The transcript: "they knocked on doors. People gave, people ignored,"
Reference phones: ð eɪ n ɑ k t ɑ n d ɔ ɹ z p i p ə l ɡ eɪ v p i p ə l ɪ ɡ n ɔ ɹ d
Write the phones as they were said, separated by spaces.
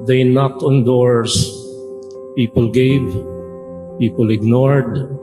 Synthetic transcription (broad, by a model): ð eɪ n ɑ k t ɑ n d ɔ ɹ s p i p ə l ɡ eɪ v p i p ə l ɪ ɡ n ɔ ɹ d